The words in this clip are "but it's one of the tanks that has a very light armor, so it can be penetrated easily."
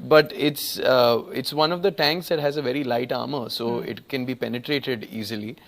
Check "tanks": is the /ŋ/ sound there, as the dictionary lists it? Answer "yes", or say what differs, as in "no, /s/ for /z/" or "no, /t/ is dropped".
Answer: yes